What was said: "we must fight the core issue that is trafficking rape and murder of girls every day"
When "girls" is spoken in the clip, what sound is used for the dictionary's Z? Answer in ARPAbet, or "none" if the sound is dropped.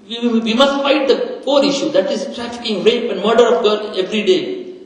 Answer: none